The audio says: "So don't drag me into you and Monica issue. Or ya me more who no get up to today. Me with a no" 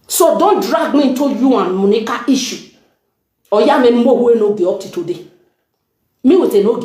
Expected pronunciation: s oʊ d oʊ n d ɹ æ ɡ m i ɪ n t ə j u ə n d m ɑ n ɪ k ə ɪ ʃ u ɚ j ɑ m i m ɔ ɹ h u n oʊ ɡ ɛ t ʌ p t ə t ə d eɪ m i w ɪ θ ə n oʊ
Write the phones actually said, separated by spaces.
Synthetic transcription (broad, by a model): s oʊ d oʊ n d ɹ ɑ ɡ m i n t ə j u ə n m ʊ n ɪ k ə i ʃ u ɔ j ɑ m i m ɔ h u n oʊ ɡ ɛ ɔ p t ə t ə d eɪ m i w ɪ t ə n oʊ